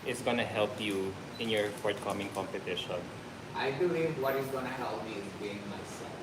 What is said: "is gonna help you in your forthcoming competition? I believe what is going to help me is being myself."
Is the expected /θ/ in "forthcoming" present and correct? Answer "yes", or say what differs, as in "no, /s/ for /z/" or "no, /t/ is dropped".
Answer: no, /t/ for /θ/